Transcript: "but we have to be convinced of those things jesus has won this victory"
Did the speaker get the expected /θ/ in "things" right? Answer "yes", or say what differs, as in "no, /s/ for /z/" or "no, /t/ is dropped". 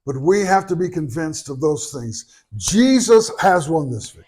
yes